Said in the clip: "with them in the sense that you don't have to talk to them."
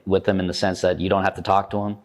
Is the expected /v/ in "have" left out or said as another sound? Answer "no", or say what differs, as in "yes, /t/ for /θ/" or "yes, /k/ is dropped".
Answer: yes, /f/ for /v/